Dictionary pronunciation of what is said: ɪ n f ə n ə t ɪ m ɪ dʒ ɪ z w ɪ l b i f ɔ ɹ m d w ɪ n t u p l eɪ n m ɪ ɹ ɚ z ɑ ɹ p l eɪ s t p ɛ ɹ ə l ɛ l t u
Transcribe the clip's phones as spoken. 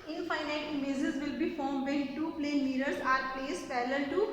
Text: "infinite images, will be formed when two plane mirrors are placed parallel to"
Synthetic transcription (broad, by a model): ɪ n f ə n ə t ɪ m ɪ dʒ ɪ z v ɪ l b i f ɔ ɹ m d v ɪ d t u p l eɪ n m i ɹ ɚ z ɑ ɹ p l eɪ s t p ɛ l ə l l t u